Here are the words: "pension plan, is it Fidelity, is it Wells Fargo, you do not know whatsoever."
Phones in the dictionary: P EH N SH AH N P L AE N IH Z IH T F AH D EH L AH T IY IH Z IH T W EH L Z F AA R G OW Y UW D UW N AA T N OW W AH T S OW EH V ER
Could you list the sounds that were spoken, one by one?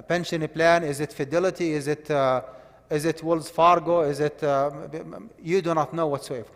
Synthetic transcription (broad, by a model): P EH N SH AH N P L AE N IH Z IH T F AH D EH L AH T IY IH Z IH T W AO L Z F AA R G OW Y UW D UW N AA T N OW W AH T S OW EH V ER